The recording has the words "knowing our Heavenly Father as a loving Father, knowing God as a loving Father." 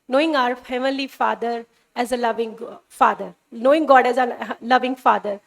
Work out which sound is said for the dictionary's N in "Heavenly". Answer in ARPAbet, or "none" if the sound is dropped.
none